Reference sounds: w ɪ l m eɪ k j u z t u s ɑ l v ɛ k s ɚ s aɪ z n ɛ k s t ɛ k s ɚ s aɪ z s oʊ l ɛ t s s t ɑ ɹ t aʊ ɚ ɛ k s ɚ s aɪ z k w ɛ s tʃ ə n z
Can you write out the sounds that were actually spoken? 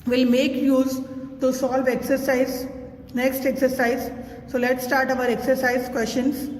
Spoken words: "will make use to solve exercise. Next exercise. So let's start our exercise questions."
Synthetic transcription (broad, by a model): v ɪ l m eɪ k j u z t u s ɑ l v ɛ k s ɚ s aɪ z n ɛ k s t ɛ k s ɚ s aɪ z s oʊ l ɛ t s s t ɑ ɹ t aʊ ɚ ɛ k s ɚ s aɪ z k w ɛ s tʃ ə n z